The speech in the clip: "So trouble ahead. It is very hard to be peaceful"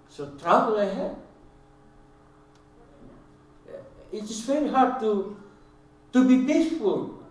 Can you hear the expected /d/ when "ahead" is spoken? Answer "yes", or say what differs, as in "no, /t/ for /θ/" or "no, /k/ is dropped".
no, /d/ is dropped